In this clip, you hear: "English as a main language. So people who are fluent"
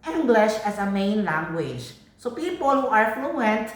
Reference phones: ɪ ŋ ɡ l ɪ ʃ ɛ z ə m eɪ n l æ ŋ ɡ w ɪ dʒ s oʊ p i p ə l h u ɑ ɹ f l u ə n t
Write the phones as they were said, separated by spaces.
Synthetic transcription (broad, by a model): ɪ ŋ ɡ l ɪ ʃ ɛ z ə m eɪ n l æ ŋ ɡ w ɪ dʒ s oʊ p i p ə l h u ɑ ɹ f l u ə n t